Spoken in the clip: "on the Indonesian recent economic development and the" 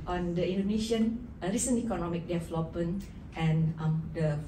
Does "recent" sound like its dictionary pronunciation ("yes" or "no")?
no